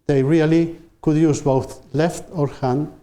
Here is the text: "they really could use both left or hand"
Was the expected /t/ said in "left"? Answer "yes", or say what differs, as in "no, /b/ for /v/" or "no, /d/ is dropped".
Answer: yes